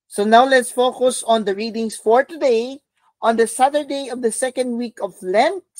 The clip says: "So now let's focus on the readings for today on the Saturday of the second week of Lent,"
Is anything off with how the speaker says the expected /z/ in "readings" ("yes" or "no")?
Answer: yes